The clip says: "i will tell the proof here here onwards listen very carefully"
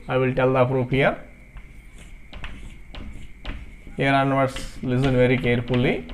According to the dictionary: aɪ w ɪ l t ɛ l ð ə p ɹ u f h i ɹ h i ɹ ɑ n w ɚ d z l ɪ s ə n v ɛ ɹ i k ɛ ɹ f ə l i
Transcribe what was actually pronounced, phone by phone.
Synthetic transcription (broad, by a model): aɪ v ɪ l t ɛ l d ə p ɹ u p h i ɹ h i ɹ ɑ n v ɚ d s l ɪ s ə n v ɛ ɹ i k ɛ ɹ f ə l i